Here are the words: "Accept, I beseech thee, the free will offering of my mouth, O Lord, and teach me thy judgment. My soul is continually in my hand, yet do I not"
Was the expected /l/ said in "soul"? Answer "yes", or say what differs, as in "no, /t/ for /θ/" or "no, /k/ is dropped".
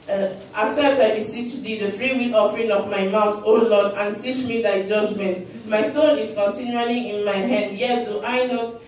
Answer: no, /n/ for /l/